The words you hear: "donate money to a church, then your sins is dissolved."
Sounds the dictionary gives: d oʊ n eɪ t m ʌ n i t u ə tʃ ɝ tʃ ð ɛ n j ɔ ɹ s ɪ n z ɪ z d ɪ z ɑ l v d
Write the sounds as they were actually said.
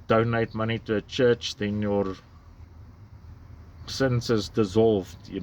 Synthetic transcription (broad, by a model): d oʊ n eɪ t m ʌ n i t u ə tʃ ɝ tʃ ð ɛ n j ɔ ɹ s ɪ n s ɪ z d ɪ z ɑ l v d